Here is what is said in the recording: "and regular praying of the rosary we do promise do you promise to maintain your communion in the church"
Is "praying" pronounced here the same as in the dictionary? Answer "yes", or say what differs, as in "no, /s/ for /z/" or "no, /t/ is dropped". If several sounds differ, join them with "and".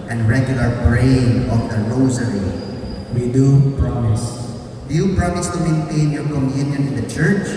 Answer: no, /b/ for /p/